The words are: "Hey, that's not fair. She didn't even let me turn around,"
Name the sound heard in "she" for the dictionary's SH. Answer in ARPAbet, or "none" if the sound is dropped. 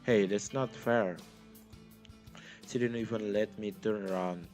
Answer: S